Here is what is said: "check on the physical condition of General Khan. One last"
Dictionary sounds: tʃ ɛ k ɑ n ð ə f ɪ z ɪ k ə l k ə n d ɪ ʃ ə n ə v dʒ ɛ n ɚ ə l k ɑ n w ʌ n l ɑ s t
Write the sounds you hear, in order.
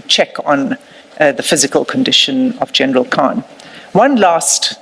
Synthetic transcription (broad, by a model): tʃ ɛ k n ð ə f ɪ z ɪ k ə l k ə n d ɪ ʃ ə n ə v dʒ ɛ n ɚ ə l k ɑ n w ʌ n l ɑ s t